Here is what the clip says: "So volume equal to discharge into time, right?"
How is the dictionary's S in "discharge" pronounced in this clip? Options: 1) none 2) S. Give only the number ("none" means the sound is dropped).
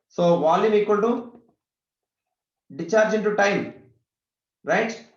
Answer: 1